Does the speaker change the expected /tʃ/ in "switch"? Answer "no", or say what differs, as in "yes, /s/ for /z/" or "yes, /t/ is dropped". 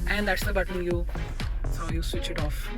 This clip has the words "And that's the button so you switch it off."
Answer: no